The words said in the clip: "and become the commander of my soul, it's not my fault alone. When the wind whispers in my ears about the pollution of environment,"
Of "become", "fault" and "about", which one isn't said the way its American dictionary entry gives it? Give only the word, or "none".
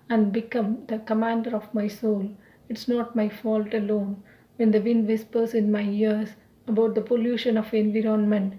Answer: none